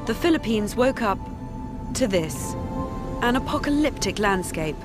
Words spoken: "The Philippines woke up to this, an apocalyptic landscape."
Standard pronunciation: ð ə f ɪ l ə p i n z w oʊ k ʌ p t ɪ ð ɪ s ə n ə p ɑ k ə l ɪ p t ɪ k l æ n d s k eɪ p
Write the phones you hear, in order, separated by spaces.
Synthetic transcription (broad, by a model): ð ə f ɪ l ə p i n z w oʊ k ʌ p t ɪ ð ɪ s ə n ə p ɑ k ə l ɪ p t ɪ k l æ n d s k eɪ p